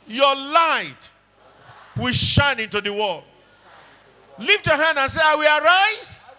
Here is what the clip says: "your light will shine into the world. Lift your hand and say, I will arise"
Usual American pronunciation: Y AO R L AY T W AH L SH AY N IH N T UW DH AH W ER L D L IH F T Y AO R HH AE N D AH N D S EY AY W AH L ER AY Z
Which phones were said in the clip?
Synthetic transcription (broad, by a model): Y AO L AY T W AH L SH AY N IH N T UW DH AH W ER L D L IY F T Y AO HH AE N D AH N S EY AY W AH L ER AY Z